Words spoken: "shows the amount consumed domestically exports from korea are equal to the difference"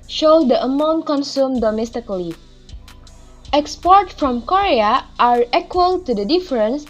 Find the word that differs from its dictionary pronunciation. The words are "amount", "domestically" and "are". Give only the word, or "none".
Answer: none